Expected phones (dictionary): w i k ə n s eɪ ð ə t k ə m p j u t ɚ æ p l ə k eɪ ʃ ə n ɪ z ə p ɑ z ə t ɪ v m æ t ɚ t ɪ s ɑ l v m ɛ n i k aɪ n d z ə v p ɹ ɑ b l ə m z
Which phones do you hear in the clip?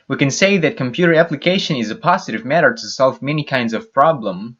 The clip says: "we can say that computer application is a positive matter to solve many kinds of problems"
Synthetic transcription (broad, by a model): w i k ə n s eɪ ð ə t k ə m p j u t ɚ æ p l ə k eɪ ʃ ə n ɪ z ə p ɑ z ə t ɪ v m æ t ɚ t ɪ s ɑ l v m ɛ n i k aɪ n d z ə v p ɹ ɑ b l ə m